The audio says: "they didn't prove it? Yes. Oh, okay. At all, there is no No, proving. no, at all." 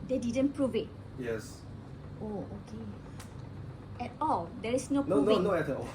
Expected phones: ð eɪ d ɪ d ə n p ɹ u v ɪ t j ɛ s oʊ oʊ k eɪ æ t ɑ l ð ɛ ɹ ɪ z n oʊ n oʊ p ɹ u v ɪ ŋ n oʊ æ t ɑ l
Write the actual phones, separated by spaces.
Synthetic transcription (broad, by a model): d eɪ d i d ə n p ɹ u v ɪ t j ɛ s oʊ oʊ k eɪ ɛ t ɑ l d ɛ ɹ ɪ s n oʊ n oʊ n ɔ ɪ n oʊ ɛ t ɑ